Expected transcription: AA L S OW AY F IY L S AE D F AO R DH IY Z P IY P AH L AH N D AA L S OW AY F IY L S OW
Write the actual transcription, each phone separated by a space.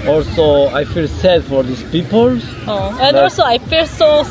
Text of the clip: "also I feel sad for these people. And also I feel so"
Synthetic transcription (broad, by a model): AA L S OW AY F IY L S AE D F AO R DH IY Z P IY P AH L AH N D AA L S OW AY F IY L S OW